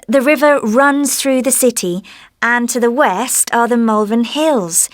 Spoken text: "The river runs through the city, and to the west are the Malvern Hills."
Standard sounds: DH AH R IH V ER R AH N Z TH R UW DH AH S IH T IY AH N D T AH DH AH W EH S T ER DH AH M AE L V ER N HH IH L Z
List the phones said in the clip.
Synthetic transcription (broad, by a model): DH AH R IH V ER R AH N Z TH R UW DH AH S IH T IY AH N T AH DH AH W EH S T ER DH AH M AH L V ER N HH IH L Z